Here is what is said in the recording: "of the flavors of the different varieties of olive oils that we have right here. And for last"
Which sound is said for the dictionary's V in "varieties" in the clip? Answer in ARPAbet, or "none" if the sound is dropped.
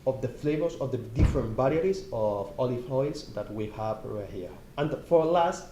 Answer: B